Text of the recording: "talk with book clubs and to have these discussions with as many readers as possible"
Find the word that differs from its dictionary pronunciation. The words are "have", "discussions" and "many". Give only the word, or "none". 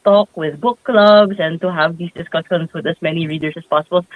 discussions